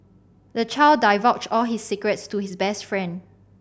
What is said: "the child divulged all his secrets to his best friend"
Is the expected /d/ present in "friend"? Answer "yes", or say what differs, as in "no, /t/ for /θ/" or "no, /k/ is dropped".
yes